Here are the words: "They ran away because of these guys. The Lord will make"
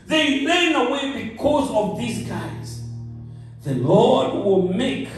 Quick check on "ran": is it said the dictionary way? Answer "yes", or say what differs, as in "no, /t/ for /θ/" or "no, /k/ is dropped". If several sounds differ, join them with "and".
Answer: no, /l/ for /ɹ/